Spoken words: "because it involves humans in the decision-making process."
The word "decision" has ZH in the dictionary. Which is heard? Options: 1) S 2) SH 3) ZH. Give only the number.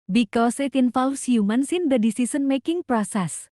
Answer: 1